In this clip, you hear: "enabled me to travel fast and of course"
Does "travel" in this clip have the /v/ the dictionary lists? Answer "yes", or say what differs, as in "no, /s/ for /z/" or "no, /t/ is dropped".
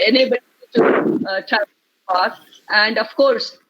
no, /v/ is dropped